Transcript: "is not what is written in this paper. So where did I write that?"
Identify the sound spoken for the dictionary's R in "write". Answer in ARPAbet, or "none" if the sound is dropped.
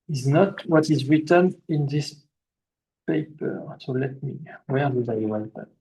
W